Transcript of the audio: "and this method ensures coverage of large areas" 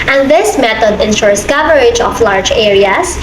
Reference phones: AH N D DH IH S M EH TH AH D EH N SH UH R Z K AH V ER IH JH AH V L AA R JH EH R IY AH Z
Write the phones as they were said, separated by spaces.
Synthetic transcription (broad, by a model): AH N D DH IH S M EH T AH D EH N SH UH R S K AH V ER IH JH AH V L AA R JH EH R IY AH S